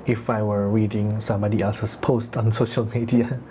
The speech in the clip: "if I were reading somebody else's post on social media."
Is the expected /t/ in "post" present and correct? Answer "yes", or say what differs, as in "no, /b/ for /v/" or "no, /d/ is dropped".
yes